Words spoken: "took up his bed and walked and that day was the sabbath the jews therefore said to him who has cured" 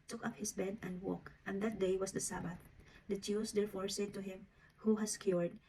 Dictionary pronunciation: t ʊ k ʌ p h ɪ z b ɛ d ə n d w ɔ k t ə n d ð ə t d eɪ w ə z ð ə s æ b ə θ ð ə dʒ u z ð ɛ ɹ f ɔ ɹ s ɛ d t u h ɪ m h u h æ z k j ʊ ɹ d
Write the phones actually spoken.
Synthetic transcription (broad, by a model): t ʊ k ʌ p h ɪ s b ɛ d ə n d w ɔ k t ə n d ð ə t d eɪ w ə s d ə s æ b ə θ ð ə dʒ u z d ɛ ɹ f ɔ ɹ s ɛ d t u h ɪ m h u h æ s k j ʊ ɹ d